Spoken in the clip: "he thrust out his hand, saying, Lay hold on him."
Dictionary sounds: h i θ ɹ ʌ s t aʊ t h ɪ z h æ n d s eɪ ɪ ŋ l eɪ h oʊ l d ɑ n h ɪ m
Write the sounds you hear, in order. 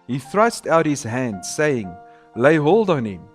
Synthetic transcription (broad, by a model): h i θ ɹ ʌ s t aʊ t h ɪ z h æ n d s eɪ ɪ ŋ l eɪ h oʊ l d ɑ n h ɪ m